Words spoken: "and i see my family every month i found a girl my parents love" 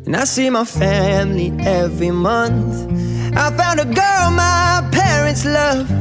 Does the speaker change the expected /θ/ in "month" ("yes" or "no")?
no